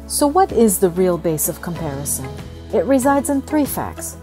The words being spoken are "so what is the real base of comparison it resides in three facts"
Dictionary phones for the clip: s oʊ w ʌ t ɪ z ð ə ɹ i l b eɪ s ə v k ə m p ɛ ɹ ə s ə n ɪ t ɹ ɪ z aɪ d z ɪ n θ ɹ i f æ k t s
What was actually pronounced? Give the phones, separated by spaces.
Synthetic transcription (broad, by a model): s oʊ w ʌ t ɪ z ð ə ɹ i l b eɪ s ə v k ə m p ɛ ɹ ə s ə n ɪ t ɹ ɪ z aɪ d z ɪ n θ ɹ i f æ k t s